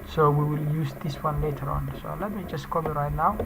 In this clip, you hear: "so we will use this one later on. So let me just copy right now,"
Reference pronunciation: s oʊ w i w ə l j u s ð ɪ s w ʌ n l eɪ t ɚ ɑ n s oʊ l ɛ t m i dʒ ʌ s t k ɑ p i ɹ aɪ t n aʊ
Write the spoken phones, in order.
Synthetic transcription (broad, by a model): s oʊ w i w ə l j u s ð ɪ s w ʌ n l eɪ t ɚ ɑ n s oʊ l ɛ t m i dʒ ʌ s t k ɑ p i ɹ aɪ t n aʊ